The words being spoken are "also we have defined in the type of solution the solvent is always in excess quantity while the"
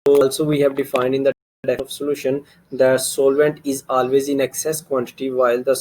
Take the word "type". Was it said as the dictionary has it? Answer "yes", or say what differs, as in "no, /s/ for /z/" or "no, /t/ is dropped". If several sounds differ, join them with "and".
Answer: no, /p/ is dropped